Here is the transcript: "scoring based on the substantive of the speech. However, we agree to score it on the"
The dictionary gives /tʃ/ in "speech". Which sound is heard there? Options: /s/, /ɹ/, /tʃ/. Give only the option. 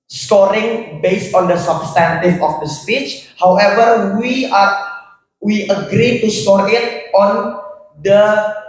/tʃ/